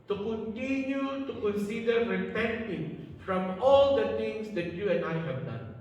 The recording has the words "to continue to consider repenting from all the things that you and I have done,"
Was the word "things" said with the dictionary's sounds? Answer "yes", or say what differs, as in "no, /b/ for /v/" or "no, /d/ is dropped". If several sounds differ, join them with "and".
no, /t/ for /θ/